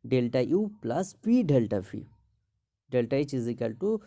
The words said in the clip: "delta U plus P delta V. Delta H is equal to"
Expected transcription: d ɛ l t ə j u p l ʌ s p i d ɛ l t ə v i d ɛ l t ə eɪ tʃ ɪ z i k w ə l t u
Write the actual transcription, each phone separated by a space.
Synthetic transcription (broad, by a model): d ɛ l t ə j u p l ʌ s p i d ɛ l t ə f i d ɛ l t ə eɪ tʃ ɪ z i k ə l t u